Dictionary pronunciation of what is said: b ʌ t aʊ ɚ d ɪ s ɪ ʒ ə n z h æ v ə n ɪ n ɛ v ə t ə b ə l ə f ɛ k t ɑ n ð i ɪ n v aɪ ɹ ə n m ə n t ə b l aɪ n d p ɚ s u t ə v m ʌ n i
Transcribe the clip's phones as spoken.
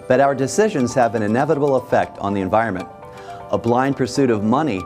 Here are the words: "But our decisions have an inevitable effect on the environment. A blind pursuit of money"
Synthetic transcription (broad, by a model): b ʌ t aʊ ɚ d ɪ s ɪ ʒ ə n z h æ v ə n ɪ n ɛ v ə t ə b l ə f ɛ k t n ð i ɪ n v aɪ ɹ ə n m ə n t ə b l aɪ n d p ɚ s u t ə v m ʌ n i